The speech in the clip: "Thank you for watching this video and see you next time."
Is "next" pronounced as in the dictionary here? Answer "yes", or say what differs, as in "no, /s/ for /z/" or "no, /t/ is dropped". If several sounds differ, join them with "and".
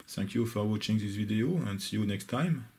yes